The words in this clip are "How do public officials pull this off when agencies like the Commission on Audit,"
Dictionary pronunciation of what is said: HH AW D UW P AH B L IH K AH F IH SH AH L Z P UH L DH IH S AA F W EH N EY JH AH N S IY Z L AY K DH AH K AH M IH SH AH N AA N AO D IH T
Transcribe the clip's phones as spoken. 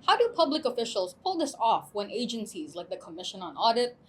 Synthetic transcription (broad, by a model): HH AW D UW P AH B L IH K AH F IH SH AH L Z P UH L DH IH S AA F W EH N EY JH AH N S IY Z L AY K DH AH K AH M IH SH AH N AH N AO D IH T